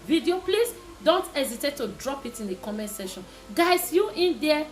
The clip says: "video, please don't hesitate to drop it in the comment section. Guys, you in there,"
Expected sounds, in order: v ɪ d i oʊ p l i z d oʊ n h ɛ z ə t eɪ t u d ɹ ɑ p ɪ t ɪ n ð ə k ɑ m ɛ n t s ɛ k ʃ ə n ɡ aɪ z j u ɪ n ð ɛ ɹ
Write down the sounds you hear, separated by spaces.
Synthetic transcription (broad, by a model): v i d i oʊ p l i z d oʊ n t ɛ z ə t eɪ t u d ɹ ɑ p ɪ t ɪ n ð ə k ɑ m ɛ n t s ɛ ʃ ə n ɡ aɪ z j u ɪ n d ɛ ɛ